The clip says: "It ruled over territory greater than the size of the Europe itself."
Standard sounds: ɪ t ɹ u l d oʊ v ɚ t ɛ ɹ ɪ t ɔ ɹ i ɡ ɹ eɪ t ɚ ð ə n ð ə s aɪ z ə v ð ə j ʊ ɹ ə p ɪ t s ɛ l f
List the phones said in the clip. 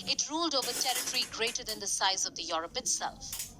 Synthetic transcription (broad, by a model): ɪ t ɹ u l d oʊ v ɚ t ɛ ɹ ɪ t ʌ ɹ i ɡ ɹ eɪ t ɚ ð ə n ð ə s aɪ z ə v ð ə j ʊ ɹ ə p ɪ t s ɛ l f